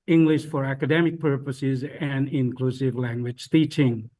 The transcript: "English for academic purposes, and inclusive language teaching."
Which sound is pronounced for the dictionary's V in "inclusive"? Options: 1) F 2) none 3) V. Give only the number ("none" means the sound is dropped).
3